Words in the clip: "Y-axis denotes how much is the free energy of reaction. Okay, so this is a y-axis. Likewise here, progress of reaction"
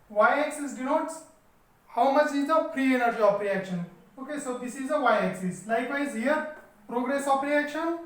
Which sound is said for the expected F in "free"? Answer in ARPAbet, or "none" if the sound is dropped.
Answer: P